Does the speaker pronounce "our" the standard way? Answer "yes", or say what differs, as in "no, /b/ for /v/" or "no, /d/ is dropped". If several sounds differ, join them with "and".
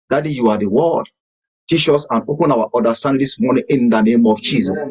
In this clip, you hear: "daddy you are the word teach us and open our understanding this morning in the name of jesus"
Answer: no, /w/ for /ɹ/